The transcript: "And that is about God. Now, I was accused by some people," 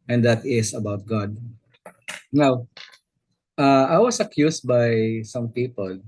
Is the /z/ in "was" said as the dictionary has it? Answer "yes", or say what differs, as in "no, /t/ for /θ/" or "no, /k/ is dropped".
no, /s/ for /z/